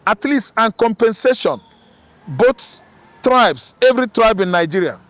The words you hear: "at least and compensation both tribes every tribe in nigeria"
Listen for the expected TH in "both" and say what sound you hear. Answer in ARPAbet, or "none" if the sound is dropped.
T